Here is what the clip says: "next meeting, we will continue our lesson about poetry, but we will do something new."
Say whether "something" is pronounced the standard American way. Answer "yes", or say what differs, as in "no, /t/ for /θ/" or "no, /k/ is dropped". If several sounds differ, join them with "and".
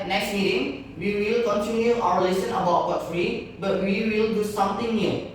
no, /t/ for /θ/